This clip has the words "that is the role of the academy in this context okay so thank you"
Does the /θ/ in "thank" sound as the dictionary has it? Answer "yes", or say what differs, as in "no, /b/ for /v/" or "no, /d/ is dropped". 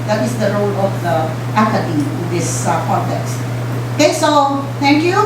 no, /t/ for /θ/